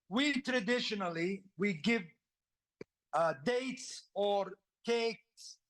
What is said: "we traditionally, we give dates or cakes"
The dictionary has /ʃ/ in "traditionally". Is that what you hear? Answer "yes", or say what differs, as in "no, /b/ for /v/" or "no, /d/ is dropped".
yes